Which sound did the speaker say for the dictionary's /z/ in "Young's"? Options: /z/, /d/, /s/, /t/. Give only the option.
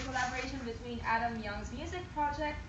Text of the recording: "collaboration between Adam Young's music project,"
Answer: /z/